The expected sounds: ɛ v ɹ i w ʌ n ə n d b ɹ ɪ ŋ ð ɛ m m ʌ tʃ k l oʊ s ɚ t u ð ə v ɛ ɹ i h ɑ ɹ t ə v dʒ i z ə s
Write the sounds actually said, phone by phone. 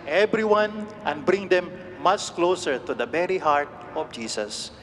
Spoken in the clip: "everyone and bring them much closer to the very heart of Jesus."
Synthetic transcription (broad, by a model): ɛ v ɹ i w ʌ n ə n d b ɹ ɪ ŋ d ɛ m m ʌ tʃ k l oʊ s ɚ t u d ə b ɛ ɹ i h ɑ ɹ t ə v dʒ i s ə s